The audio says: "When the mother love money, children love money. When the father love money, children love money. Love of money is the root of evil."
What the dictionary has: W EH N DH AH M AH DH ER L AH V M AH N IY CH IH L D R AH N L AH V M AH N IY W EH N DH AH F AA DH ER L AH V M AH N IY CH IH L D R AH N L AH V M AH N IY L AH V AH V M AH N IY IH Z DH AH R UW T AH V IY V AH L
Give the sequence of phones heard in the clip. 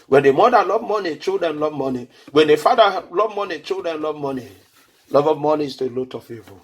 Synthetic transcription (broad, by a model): W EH N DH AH M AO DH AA L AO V M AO N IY CH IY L D R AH N L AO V M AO N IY W EH N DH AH F AA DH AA L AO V M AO N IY CH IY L D R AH N L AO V M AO N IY L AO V AH V M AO N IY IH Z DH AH L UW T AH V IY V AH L